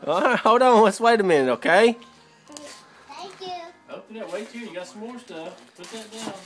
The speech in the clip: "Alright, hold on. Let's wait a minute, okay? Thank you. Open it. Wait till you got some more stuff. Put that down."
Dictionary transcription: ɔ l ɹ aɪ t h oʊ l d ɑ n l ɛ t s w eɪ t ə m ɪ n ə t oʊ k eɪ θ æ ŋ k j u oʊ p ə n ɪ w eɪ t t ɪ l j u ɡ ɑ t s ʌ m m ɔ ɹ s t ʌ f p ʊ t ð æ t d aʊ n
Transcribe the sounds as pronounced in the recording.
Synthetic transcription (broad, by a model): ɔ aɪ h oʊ d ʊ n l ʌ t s w eɪ t ə m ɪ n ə ʊ k eɪ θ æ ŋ k j u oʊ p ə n ɪ w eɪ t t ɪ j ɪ ɡ ɑ t s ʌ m m ɔ ɹ s t ʌ f p ʊ t ð æ t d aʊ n